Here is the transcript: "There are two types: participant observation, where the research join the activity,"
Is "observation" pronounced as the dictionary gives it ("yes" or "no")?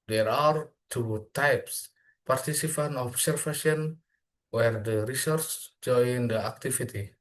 no